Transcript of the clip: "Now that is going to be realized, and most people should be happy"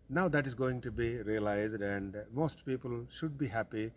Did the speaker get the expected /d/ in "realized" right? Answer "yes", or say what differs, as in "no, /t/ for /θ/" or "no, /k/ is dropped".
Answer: yes